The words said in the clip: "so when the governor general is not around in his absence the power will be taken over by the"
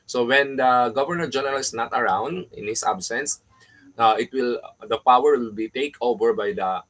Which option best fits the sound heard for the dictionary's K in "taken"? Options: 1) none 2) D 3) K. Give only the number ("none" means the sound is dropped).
1